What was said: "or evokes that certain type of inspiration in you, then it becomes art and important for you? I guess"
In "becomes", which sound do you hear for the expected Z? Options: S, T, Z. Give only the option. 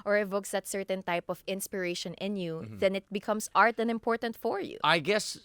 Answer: S